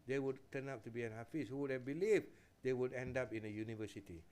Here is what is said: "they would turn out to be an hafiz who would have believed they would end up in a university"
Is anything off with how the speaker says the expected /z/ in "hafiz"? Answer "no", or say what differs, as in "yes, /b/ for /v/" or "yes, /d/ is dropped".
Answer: yes, /s/ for /z/